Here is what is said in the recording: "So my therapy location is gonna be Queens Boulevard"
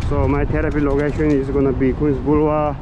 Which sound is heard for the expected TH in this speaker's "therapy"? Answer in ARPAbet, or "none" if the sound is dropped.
T